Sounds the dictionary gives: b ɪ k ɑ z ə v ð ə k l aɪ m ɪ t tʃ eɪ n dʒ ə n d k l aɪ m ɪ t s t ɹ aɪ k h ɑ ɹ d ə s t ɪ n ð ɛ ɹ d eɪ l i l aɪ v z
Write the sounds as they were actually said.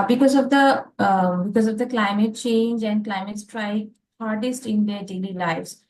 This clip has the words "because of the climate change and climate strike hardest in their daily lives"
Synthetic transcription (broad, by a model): b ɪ k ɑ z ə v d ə k l aɪ m ɪ t tʃ eɪ n dʒ ə n d k l aɪ m ɪ t s t ɹ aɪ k h ɑ ɹ d ə s t ɪ n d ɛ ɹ d eɪ l i l aɪ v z